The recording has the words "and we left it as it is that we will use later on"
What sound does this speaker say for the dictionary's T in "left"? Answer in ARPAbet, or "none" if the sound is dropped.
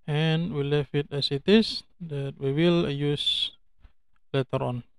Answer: none